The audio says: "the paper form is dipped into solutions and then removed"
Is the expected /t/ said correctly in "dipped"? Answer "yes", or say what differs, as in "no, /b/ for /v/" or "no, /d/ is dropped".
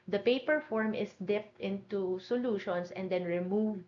yes